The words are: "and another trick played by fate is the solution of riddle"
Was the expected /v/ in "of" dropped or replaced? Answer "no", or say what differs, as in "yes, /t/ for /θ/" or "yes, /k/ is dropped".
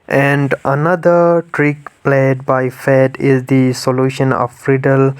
yes, /f/ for /v/